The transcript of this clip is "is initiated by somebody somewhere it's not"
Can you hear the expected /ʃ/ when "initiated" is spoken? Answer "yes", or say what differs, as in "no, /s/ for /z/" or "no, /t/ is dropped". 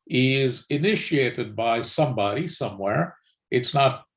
yes